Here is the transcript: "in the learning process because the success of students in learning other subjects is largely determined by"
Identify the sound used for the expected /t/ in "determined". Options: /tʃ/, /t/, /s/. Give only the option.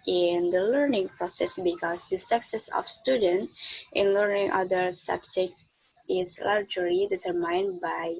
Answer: /s/